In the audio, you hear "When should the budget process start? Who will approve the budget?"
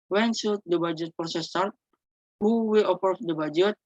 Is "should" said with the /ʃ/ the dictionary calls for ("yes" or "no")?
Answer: no